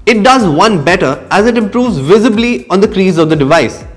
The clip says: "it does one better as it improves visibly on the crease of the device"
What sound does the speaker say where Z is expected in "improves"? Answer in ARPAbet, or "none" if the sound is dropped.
Z